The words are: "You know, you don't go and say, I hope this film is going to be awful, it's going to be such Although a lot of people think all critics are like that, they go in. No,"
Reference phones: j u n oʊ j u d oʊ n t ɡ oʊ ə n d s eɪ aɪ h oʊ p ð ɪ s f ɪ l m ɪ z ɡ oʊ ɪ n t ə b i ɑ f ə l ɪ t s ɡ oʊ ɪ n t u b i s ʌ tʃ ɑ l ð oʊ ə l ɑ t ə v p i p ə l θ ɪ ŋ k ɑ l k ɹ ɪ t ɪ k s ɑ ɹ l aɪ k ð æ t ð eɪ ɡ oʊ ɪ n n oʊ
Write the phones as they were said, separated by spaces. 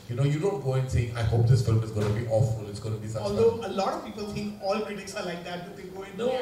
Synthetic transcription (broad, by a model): j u n oʊ j u d oʊ n t ɡ oʊ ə n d s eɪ aɪ h oʊ p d ɪ s f ɪ l m ɪ z ɡ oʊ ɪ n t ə b i ɑ f ə l ɪ t s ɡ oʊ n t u b i s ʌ ɑ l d oʊ ə l ɑ t ə v p i p ə l t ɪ ŋ k ɑ l k ɹ ɪ t ɪ k s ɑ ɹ l aɪ k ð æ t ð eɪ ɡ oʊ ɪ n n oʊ